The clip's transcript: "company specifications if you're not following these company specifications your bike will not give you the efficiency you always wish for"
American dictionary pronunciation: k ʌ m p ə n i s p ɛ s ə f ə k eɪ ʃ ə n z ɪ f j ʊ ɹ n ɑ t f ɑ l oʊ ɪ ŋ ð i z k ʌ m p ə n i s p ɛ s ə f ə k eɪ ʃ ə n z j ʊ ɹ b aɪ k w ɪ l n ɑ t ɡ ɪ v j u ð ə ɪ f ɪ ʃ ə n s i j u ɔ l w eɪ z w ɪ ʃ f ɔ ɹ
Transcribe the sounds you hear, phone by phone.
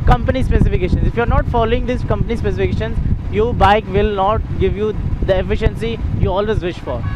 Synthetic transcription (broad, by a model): k ʌ m p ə n i s p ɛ s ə f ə k eɪ ʃ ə n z ɪ f j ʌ ɹ n ɑ t f ɑ l oʊ ɪ ŋ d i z k ʌ m p ə n i s p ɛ s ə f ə k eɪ ʃ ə n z j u b aɪ k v ɪ l n ɑ t ɡ ɪ v j u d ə ɪ f ɪ ʃ ə n s i j u ɔ l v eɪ z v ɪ ʃ f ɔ ɹ